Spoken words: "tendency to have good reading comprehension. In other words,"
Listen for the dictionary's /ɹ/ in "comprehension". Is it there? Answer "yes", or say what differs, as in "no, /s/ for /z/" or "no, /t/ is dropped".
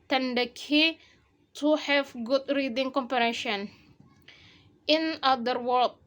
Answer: no, /ɹ/ is dropped